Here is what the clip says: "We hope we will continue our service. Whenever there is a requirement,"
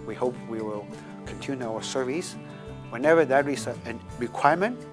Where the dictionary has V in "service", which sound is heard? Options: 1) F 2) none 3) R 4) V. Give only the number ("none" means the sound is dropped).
4